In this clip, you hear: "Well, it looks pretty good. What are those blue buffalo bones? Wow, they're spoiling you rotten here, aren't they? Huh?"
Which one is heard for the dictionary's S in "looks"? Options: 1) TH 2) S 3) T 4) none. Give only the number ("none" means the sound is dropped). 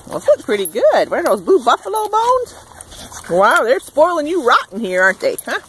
4